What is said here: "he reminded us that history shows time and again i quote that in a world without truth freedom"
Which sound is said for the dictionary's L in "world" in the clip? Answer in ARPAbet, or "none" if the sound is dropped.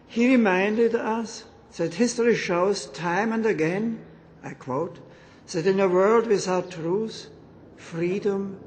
L